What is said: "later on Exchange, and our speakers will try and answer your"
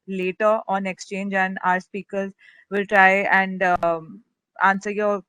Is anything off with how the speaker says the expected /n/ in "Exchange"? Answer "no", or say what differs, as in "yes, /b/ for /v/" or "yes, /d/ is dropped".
no